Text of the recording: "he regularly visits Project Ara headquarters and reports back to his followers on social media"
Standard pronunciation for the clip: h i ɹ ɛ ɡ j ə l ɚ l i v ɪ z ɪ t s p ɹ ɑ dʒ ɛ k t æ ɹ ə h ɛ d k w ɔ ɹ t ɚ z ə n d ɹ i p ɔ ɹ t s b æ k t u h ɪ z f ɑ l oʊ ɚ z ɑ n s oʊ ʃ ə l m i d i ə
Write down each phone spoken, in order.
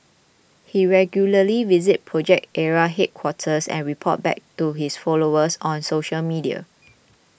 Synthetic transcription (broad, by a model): h i ɹ ɛ ɡ j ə l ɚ l i v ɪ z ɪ t p ɹ ɑ dʒ ɛ k t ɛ ɹ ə h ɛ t k w ɔ t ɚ s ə n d ɹ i p ɔ t b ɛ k t u h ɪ s f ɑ l oʊ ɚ s ɑ n s oʊ ʃ ə l m i d i ə